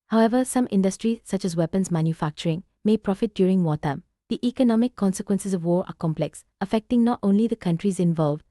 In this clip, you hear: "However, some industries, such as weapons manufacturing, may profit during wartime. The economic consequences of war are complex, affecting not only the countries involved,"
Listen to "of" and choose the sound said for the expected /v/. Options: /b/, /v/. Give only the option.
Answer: /v/